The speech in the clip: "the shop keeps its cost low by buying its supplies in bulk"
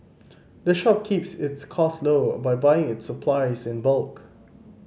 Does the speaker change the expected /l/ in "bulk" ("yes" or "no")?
no